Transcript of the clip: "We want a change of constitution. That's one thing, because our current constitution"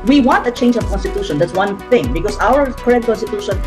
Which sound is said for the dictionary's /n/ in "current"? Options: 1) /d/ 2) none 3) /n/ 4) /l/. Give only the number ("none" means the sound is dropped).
2